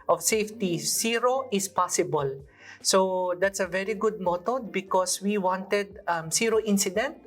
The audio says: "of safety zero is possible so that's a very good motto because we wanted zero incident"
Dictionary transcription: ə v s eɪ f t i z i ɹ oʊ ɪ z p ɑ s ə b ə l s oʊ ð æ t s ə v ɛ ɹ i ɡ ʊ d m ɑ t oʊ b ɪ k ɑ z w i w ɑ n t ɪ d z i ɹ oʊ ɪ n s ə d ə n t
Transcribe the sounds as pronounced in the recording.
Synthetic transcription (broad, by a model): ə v s eɪ f t i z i ɹ oʊ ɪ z p ɑ s ə b ə l s oʊ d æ t s ə v ɛ ɹ i ɡ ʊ d m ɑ t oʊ b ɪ k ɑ s w i w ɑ n t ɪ d s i ɹ oʊ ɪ n s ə d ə n t